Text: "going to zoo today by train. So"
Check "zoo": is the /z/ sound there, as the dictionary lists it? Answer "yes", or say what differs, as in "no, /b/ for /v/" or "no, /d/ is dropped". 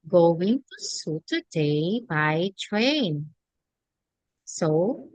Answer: no, /s/ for /z/